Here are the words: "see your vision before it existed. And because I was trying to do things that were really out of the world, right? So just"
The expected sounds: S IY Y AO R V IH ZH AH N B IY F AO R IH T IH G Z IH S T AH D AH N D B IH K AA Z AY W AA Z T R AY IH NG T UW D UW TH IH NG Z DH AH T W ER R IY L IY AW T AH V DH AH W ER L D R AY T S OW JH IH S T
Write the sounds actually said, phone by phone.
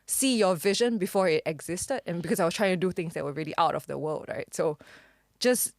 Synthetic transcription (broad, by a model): S IY Y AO V IH ZH AH N B IY F AO R IH T IH G Z IH S T AH D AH N B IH K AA S AY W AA S T R AY IH NG T UW D UW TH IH NG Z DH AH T W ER R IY L IY AW T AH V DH AH W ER L D R AY T S OW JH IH S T